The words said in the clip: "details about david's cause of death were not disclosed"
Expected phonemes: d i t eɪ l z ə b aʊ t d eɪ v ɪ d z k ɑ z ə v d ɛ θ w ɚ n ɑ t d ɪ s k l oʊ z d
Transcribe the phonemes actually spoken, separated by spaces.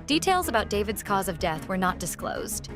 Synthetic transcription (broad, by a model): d i t eɪ l z ə b aʊ t d eɪ v ɪ d z k ɑ z ə v d ɛ θ w ɚ n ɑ t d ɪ s k l oʊ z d